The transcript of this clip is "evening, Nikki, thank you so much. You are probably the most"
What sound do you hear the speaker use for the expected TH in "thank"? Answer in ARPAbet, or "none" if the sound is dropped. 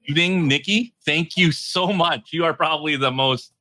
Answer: TH